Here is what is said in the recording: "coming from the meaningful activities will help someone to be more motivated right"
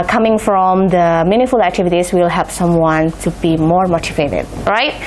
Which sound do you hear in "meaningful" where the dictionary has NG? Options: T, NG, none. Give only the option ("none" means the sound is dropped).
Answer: none